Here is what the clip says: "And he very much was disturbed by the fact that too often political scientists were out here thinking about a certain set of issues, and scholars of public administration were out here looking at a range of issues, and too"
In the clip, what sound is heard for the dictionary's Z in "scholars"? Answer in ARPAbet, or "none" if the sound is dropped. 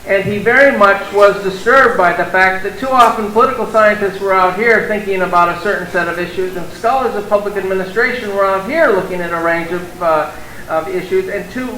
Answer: Z